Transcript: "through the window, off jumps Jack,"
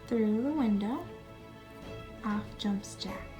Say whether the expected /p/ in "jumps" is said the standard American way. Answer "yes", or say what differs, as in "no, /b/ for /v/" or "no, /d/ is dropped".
yes